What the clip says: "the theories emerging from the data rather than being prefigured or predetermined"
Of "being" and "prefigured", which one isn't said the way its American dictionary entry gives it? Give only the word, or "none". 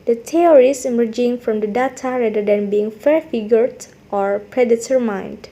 prefigured